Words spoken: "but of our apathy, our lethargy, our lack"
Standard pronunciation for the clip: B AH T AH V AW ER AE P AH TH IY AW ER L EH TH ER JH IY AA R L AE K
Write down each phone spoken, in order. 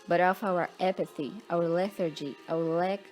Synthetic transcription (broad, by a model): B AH T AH F AW ER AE P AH TH IY AW ER L EH TH ER JH IY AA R L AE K